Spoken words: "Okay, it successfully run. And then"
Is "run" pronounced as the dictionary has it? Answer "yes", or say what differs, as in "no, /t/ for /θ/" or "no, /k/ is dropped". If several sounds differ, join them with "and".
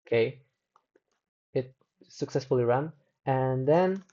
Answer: yes